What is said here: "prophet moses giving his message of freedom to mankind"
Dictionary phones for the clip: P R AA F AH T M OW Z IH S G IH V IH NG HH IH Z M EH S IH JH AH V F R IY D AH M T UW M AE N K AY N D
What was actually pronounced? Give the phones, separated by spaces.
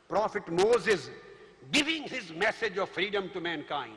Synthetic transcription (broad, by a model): P R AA F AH T M OW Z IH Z G IH V IH NG HH IH Z M EH S IH JH AH V F R IY D AH M T UW M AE N K AY N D